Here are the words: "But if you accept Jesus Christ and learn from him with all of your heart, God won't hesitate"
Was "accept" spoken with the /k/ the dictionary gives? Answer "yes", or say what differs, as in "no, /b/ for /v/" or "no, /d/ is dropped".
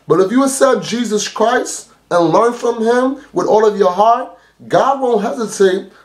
no, /k/ is dropped